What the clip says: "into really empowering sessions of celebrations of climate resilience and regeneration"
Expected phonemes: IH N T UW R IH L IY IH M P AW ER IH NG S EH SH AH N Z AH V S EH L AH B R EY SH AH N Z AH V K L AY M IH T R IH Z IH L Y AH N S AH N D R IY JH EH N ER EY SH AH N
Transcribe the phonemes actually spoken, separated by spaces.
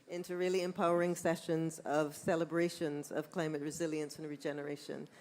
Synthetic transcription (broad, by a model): IH N T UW R IH L IY IH M P AW ER IH NG S EH SH AH N Z AH V S EH L AH B R EY SH AH N Z AH V K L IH M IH T R IH Z IH L Y AH N S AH N R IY JH EH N ER EY SH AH N